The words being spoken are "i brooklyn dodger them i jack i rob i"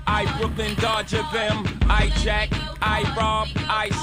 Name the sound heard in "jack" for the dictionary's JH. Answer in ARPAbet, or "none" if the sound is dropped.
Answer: CH